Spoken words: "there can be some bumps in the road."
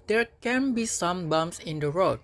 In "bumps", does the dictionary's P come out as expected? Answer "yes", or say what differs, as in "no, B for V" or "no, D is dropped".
no, P is dropped